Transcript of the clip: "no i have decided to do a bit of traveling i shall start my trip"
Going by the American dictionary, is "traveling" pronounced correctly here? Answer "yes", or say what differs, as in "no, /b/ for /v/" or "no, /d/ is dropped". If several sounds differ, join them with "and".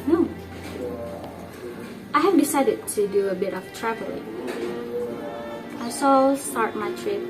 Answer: no, /l/ is dropped